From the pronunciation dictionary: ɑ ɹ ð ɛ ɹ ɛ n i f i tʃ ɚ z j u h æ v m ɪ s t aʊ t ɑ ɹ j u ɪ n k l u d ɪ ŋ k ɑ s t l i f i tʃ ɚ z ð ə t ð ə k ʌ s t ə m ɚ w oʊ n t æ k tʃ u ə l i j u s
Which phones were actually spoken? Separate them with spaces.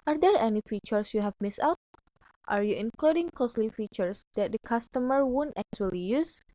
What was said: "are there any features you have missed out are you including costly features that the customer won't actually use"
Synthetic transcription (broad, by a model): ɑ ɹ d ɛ ɹ ɛ n i f i tʃ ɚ s j u h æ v m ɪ s aʊ t ɑ ɹ j u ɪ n k l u d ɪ ŋ k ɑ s l i f i tʃ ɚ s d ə t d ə k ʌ s t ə m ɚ w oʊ n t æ k tʃ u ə l i j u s